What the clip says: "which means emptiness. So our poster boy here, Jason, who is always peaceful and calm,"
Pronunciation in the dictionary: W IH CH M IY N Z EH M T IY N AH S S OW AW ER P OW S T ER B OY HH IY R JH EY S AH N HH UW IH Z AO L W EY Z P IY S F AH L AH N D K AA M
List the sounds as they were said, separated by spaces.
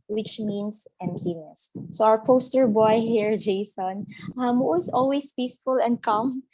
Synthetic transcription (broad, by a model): W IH CH M IY N S EH M T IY N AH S S OW AW ER P OW S T ER B OY HH IY R JH EY S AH N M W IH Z AO L W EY S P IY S F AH L AH N D K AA M